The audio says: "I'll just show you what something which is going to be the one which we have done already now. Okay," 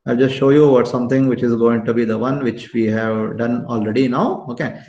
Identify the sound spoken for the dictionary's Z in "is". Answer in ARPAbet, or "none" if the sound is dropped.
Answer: Z